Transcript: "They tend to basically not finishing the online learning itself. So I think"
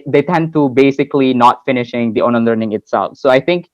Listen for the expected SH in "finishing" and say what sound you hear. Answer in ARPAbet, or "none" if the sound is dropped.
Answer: SH